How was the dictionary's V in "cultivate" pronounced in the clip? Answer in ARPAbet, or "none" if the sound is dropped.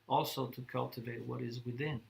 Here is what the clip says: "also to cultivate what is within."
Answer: V